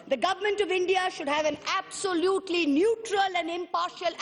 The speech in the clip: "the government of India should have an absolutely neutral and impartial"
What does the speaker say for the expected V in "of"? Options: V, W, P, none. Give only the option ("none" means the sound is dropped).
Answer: V